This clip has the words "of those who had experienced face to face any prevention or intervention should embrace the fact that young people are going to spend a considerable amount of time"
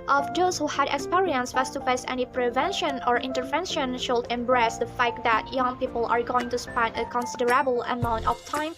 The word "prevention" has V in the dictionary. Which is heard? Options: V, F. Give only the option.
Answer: V